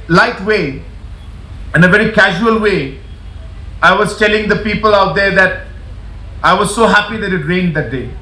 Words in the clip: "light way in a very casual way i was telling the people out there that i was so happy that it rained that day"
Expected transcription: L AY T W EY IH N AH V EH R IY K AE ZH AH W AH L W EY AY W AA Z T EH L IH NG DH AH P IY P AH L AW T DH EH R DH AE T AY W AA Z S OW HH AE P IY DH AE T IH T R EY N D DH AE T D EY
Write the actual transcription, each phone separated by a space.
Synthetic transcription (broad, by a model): L AY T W EY IH N AH V EH R IY K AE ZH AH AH L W EY AY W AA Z T EH L IH NG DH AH P IY P AH L AW T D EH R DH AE T AY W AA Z S OW HH AE P IY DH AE T IH T R EY N D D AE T D EY